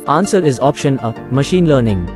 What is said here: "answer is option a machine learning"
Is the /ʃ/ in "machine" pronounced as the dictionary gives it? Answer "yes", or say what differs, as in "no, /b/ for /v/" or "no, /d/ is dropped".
yes